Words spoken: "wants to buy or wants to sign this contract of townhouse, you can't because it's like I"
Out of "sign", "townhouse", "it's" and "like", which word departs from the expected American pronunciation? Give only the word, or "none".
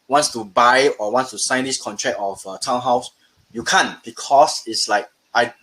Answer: none